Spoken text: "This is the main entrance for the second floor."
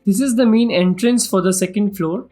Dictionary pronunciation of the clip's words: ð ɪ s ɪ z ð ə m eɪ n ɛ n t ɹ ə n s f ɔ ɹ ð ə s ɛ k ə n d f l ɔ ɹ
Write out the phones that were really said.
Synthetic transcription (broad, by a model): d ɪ s ɪ z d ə m eɪ n ɛ n t ɹ ə n s f ɔ ɹ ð ə s ɛ k ə n d f l ɔ ɹ